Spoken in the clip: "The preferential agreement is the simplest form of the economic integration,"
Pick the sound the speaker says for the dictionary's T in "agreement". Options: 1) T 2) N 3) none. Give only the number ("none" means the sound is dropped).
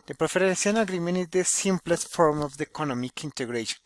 3